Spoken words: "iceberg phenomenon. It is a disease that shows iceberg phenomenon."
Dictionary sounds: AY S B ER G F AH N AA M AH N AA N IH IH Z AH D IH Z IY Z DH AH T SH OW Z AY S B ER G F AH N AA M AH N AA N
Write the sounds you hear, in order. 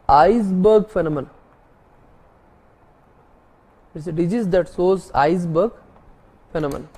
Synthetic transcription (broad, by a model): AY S B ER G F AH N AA M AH N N IH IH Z AH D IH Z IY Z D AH T S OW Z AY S B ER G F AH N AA M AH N N